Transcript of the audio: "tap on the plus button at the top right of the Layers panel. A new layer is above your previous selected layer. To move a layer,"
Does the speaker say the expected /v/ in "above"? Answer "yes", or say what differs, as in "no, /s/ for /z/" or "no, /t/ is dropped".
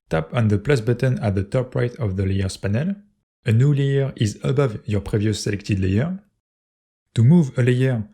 yes